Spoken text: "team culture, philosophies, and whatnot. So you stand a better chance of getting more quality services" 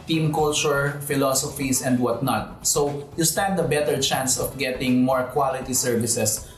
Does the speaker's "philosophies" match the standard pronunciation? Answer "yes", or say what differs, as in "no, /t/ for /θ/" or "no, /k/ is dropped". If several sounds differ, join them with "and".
no, /s/ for /z/